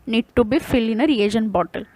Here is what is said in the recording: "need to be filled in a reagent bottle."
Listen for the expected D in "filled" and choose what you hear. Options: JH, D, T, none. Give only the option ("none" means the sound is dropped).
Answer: none